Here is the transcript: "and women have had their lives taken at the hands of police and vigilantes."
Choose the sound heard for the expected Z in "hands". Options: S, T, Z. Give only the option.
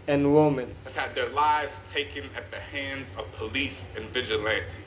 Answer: Z